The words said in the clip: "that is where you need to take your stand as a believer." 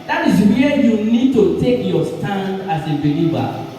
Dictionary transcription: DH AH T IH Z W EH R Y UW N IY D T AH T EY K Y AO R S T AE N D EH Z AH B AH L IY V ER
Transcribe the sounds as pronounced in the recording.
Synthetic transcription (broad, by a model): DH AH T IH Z W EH Y UW N IY D T AH T EY K Y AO S T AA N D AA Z AH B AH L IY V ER